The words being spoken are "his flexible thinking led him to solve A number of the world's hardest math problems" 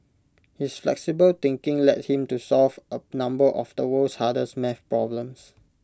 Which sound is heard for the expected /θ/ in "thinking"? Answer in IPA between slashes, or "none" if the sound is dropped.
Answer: /t/